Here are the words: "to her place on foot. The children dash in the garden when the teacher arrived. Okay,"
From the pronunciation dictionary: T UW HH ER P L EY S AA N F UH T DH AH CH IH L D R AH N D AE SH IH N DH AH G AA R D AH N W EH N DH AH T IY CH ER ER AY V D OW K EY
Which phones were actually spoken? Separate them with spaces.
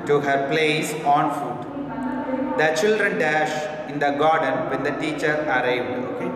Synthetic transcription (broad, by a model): T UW HH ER P L EY S AA N F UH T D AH CH IH L D R AH N D AE SH IH N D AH G AA R D AH N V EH N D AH T IY CH ER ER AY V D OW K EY